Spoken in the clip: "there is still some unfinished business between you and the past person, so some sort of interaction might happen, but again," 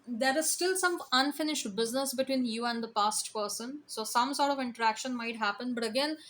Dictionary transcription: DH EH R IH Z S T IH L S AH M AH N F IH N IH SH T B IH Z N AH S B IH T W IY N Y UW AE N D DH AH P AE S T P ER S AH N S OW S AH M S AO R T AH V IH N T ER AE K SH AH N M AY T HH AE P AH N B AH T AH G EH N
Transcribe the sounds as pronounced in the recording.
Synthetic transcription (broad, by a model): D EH R IH Z S T IH L S AH M AH N F IH N IH SH T B IH Z N AH S B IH T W IY N Y UW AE N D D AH P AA S T P ER S AH N S OW S AH M S AO R T AH V IH N T ER AE K SH AH N M AY T HH AE P AH N B AH T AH G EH N